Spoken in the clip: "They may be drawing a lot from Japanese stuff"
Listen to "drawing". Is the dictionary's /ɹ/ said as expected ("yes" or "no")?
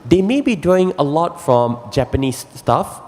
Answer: no